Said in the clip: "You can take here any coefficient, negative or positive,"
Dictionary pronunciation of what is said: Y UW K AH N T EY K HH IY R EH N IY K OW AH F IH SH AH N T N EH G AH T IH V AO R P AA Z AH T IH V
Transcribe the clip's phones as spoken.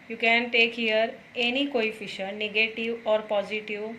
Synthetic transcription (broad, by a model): Y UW K AH N T EY K HH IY R EH N IY K OW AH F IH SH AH T N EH G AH T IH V AO R P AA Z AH T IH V